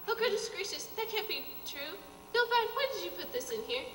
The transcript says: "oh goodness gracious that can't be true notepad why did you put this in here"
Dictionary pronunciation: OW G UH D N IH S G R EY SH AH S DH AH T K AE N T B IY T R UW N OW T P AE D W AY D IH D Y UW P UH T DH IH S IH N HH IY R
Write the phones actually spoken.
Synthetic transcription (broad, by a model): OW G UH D IH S G R EY SH AH S DH AH T K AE N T B IY T R UW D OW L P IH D W AY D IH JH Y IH P UH T DH IH S IH N HH IY R